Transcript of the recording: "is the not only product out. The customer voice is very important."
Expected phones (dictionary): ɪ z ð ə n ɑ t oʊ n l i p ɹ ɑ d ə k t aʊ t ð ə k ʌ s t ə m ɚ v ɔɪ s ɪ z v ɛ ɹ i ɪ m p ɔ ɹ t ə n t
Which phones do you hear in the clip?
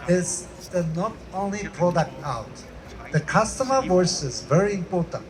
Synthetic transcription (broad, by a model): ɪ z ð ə n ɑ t oʊ n l i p ɑ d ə t aʊ t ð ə k ʌ s t ə m ɚ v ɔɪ s ɪ z v ɛ ɹ i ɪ m p ɔ ɹ t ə n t